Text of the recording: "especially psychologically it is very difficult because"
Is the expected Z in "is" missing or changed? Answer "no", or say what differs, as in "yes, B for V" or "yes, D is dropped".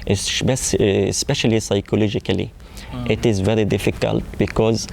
no